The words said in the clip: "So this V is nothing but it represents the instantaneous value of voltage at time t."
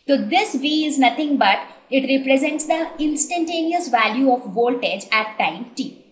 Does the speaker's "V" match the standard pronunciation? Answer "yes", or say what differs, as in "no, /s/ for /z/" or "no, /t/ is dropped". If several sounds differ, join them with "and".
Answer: yes